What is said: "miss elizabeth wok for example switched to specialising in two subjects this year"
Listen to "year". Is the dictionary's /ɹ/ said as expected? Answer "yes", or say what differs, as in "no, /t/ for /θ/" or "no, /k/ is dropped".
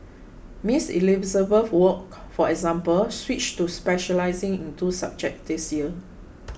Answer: no, /l/ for /ɹ/